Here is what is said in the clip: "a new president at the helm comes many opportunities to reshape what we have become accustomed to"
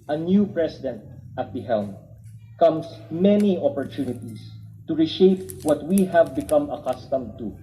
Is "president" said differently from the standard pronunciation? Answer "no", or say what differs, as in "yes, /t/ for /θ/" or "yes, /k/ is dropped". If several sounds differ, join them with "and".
yes, /s/ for /z/